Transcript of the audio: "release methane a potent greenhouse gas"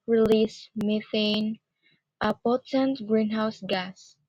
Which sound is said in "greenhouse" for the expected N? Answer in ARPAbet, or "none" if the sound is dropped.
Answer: N